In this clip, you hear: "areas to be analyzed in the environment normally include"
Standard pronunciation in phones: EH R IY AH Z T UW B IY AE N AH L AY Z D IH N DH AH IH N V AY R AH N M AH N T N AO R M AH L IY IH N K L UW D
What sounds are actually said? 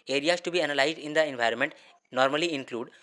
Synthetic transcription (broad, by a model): EH R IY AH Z T UW B IY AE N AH L AY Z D IH N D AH IH N V AY R AH N M AH N T N AO R M AH L IY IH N K L UW D